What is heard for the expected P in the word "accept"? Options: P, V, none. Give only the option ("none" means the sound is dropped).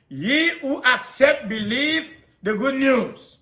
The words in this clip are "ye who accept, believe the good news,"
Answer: P